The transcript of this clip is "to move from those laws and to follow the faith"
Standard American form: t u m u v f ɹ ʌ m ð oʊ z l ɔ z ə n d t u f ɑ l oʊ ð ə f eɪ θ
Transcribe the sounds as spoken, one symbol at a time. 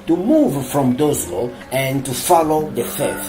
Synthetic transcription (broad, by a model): t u m u v f ɹ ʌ m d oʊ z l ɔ ə n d t u f ɑ l oʊ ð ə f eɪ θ